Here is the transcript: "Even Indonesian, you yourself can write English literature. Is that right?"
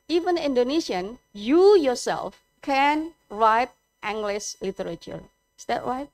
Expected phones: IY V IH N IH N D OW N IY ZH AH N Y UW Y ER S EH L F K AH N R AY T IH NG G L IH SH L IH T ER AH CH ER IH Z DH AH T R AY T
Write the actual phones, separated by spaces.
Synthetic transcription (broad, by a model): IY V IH N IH N D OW N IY SH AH N Y UW Y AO S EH L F K AH N R AY T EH NG G L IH S L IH T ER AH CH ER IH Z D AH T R AY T